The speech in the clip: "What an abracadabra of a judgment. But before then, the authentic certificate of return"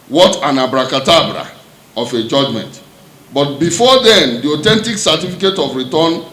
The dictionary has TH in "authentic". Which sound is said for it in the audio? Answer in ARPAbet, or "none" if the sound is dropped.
T